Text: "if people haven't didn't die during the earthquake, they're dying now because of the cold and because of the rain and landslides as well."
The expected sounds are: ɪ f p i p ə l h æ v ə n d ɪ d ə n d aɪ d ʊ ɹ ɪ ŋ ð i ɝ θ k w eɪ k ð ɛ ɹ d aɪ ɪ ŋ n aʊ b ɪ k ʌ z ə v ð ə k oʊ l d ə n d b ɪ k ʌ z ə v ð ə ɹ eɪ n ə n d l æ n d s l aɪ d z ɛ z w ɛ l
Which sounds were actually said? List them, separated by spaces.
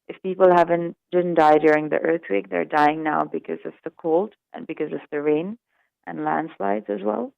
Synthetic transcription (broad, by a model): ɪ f p i p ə l h æ v ə n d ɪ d n d aɪ d ʊ ɹ ɪ ŋ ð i ɝ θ w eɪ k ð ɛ ɹ d aɪ ɪ ŋ n aʊ b ɪ k ʌ z ə v ð ə k oʊ l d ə n b ɪ k ʌ z ə v ð ə ɹ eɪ n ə n l æ n d s l aɪ d z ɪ z w ɛ l